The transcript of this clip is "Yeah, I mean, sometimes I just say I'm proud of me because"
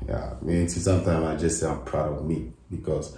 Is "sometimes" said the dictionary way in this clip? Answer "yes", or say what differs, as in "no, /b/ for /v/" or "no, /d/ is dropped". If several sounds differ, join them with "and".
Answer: no, /z/ is dropped